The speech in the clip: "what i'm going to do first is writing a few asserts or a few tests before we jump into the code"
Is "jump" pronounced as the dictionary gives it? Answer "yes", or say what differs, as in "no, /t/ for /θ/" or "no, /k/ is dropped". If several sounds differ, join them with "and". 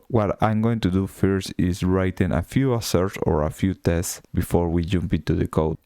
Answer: yes